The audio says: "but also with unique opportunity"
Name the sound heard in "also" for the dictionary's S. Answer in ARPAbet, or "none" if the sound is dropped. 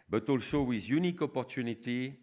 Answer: SH